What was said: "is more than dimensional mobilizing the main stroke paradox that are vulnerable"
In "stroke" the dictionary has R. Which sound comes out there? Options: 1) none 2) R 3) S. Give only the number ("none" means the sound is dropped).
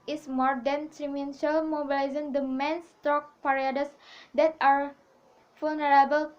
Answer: 1